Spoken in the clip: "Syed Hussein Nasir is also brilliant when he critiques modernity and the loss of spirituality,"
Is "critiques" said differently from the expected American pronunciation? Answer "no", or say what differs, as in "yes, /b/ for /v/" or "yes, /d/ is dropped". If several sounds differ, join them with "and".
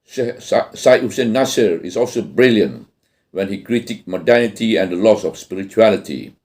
yes, /s/ is dropped